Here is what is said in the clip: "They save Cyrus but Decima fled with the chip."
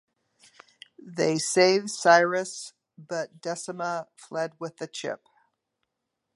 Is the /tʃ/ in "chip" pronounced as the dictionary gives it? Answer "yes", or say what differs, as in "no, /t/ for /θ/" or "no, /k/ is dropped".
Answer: yes